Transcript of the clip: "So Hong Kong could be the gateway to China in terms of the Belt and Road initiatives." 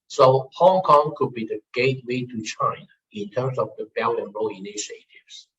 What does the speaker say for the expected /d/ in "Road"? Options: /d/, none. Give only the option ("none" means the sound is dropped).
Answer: none